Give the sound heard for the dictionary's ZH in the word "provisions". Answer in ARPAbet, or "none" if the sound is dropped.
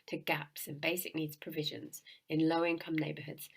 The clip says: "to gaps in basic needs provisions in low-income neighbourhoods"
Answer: ZH